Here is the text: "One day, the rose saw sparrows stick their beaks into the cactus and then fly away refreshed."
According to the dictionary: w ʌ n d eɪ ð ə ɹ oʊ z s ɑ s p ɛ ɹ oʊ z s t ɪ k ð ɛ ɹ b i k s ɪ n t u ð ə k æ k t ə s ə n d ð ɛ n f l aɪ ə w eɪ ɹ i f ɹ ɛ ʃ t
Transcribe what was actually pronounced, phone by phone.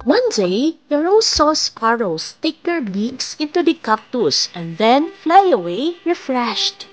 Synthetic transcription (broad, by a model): w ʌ n d eɪ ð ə ɹ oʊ s ɑ s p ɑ ɹ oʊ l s t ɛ k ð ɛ ɹ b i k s ɪ n t u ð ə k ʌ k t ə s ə n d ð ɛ n f l aɪ ə w eɪ ɹ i f ɹ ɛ ʃ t